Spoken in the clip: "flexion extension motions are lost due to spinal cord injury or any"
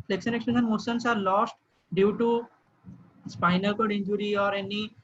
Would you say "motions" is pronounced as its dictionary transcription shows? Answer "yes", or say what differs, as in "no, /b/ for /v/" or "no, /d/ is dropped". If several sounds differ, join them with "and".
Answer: no, /s/ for /ʃ/ and /s/ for /z/